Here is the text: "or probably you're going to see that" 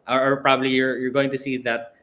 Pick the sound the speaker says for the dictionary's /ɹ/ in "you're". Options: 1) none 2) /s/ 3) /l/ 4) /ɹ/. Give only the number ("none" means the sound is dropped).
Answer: 4